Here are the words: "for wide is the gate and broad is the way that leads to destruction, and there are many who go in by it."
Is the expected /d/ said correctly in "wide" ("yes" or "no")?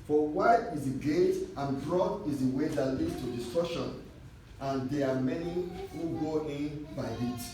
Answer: no